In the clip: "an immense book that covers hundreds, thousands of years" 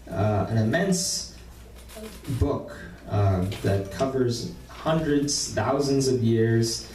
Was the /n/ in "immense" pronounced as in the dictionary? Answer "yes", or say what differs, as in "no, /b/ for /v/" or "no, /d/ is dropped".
yes